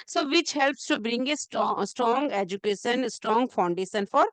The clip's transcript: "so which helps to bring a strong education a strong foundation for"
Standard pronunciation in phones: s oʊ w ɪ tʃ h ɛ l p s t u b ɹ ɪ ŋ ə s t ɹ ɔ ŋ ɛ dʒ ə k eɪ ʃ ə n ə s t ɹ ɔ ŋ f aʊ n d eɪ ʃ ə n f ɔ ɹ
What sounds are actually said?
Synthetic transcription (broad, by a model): s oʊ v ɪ tʃ h ɛ l p s t u b ɹ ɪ ŋ ə s t ɹ ɔ ŋ ɛ dʒ ə k eɪ ʃ ə n s t ɹ ɔ ŋ f aʊ n d eɪ ʃ ə n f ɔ ɹ